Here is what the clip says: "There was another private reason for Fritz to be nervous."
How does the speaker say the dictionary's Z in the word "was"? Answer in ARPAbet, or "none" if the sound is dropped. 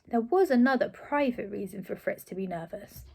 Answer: Z